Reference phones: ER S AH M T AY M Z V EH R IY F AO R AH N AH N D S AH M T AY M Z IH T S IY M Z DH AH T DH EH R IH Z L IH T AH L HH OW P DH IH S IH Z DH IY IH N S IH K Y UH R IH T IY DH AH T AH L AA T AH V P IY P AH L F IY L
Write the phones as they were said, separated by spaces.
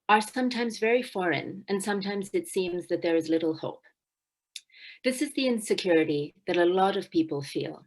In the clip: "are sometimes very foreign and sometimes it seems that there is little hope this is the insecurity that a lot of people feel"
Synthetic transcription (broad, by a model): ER S AH M T AY M Z V EH R IY F AO R AH N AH N S AH M T AY M Z IH T S IY M Z DH AH T DH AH R IH Z L IH T L HH OW P DH IH S IH Z DH IY IH N S IH K Y UH R IH T IY DH AH T AH L AA T AH V P IY P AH L F IY L